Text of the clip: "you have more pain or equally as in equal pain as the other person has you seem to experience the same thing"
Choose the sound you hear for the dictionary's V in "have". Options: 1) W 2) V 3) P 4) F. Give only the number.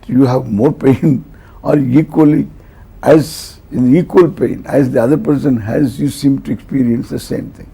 2